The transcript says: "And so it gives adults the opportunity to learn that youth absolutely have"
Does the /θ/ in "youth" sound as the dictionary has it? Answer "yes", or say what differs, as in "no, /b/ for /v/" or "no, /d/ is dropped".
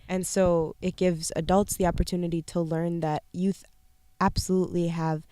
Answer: yes